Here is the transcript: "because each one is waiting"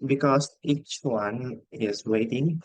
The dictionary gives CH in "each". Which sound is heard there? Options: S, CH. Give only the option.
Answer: CH